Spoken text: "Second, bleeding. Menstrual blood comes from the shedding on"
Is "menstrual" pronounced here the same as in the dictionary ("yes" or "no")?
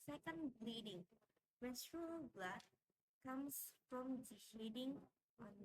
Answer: no